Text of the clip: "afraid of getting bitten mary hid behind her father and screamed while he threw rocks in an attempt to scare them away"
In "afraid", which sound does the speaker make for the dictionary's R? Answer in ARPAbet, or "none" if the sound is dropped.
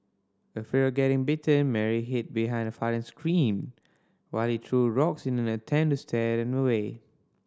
none